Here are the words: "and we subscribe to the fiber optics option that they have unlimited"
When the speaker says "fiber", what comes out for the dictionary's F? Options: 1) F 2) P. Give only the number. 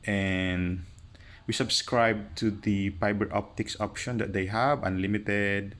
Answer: 2